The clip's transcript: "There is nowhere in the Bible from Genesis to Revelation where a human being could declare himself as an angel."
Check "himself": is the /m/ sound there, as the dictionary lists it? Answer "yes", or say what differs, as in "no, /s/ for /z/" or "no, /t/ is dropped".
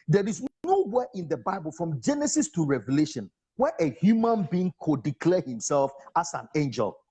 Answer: yes